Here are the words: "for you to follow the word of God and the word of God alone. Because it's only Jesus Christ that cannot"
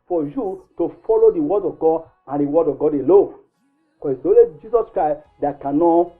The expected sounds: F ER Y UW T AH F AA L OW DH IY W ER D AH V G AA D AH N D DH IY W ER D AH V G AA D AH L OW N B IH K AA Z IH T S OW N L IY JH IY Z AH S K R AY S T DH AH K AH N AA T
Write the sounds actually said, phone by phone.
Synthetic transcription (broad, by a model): F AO Y UW T AH F AA L OW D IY W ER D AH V G AA D AH N D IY W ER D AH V G AA D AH L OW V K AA IH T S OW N L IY JH IY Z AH S K R AY S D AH K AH N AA